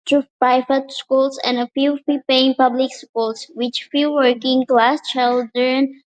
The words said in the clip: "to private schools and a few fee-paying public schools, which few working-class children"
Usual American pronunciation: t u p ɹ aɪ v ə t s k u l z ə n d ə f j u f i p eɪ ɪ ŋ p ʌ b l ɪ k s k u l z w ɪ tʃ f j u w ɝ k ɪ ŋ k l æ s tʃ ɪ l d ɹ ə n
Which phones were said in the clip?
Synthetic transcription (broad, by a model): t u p aɪ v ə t s k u l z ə n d ə f j u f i p eɪ ɪ ŋ p ʌ b l ɪ k s k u l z w ɪ tʃ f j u w ɝ k ɪ ŋ k l æ s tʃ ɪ l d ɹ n